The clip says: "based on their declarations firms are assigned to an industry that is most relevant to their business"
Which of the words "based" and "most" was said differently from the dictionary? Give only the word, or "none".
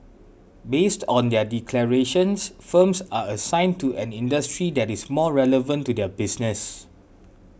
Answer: most